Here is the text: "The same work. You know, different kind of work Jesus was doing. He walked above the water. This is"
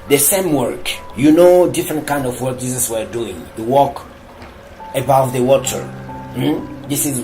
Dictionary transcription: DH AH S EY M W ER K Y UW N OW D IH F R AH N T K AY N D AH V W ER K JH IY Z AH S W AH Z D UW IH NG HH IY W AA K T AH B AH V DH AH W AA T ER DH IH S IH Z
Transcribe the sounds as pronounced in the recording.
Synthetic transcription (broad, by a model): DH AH S EY M W ER K Y UW N OW D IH F R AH N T K AY N D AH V W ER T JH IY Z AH S W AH D UW IH NG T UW W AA K AH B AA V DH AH W AA T ER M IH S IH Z